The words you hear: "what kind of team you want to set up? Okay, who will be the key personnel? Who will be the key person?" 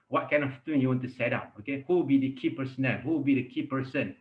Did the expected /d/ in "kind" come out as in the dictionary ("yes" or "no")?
no